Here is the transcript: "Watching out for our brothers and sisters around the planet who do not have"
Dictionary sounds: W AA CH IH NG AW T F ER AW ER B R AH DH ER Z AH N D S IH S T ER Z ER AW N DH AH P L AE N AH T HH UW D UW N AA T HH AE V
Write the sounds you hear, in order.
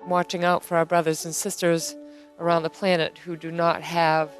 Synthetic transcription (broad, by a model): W AA CH IH NG AW T F ER AW ER B R AH DH ER Z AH N S IH S T ER Z ER AW N DH AH P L AE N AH T HH UW D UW N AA T HH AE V